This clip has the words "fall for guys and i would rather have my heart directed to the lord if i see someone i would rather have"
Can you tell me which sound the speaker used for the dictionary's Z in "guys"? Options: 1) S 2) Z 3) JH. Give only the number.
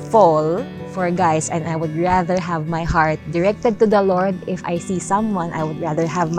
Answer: 1